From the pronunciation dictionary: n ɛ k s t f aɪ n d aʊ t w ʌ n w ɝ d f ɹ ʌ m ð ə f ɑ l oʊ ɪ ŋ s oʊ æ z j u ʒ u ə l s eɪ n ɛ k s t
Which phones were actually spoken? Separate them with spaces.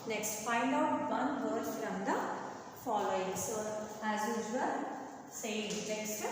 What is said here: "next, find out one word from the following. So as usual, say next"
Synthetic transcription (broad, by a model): n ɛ k s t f aɪ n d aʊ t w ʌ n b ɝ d f ɹ ʌ m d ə f ɑ l oʊ ɪ ŋ s oʊ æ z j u z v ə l s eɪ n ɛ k s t